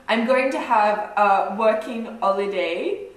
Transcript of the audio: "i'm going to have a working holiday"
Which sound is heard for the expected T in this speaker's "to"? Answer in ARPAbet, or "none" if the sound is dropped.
T